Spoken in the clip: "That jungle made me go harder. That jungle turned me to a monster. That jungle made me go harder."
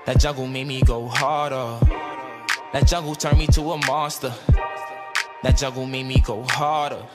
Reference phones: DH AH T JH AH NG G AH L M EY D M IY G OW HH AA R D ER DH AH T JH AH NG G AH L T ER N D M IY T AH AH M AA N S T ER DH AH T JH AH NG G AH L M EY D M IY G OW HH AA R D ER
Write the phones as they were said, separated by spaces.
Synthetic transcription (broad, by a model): DH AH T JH AH G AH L M EY D M IY G OW HH AA R D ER DH AH T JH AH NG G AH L T ER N M IY T AH AH M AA S T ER DH AH T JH AH G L M EY D M IY G OW HH AA R D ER